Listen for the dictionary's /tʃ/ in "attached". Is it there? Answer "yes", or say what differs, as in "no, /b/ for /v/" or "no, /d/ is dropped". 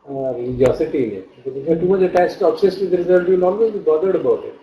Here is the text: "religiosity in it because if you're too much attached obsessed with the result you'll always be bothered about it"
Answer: no, /s/ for /tʃ/